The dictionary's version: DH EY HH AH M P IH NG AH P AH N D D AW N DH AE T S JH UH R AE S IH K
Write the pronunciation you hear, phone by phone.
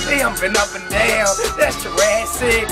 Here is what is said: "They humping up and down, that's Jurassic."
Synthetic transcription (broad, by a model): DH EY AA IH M B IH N AH P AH N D D AW N DH AE T S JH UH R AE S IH